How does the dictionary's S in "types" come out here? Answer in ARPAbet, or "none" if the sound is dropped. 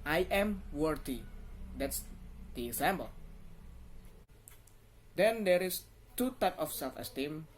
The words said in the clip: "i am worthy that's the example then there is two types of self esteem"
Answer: none